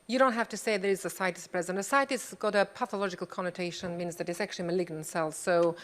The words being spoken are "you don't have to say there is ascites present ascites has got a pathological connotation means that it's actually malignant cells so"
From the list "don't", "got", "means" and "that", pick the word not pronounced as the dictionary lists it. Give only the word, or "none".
none